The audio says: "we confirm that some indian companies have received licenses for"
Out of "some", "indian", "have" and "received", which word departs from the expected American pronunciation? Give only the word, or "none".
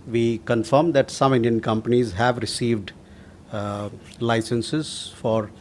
none